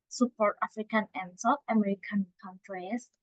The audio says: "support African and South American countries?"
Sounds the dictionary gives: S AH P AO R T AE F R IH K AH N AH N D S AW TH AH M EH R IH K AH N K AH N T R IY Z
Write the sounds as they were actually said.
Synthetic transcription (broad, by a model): S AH P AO R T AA F R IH K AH N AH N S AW F AH M EH R IH K AH N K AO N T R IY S